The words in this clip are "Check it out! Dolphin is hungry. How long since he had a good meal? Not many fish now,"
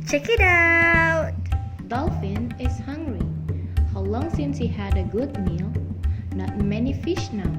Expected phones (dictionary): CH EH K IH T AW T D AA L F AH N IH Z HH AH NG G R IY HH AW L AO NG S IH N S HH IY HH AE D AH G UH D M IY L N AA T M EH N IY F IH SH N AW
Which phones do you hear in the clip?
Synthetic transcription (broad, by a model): CH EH K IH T AW T D AA L F AH N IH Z HH AH NG G R IY HH AW L AO NG S IH N S HH IY HH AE D AH G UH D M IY L N AA T M EH N IY F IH SH N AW